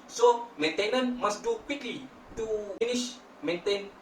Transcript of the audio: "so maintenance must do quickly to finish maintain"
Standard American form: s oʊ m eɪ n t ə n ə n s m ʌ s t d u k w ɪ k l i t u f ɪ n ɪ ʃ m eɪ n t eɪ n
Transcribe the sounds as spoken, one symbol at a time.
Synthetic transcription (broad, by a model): s oʊ m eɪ n t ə n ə n m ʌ s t d u k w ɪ k l i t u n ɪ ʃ m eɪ n t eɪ n